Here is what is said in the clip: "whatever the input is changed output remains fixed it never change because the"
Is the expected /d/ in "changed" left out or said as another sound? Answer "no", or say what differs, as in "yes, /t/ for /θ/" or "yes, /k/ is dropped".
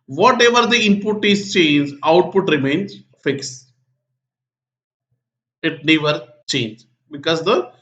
yes, /d/ is dropped